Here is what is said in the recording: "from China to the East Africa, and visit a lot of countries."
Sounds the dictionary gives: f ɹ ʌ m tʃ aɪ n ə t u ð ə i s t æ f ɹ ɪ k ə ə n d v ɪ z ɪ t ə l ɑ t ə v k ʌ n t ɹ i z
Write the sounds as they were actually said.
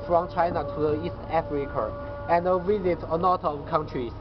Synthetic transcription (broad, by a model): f ɹ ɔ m tʃ aɪ n ə t u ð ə i s t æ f ɹ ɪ k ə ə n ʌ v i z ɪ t ə n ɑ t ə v k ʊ n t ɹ i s